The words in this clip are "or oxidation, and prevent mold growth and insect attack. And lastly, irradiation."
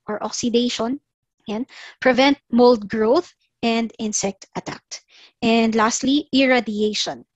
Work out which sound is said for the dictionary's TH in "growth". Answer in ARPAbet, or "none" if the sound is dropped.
TH